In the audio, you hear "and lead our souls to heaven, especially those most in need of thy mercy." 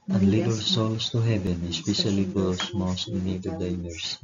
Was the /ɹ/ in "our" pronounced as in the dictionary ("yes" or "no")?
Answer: no